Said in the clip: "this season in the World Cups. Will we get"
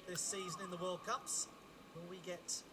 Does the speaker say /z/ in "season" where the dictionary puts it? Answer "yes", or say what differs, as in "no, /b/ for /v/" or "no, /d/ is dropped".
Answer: yes